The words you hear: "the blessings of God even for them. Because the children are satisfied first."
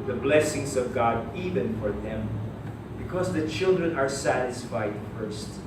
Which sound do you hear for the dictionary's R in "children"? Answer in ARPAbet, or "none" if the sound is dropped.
R